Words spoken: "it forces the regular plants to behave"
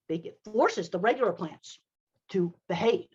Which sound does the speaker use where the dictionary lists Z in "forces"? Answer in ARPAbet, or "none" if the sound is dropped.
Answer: Z